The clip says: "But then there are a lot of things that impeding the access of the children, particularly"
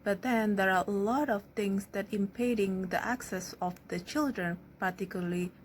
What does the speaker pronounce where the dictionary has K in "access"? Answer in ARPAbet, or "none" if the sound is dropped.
K